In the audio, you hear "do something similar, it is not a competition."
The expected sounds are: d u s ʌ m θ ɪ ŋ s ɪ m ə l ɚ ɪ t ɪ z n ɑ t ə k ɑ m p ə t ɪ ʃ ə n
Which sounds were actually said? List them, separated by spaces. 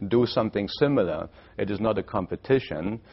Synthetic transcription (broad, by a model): d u s ʌ m θ ɪ ŋ s ɪ m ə l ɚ ɪ t ɪ z n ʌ t ə k ɑ m p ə t ɪ ʃ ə n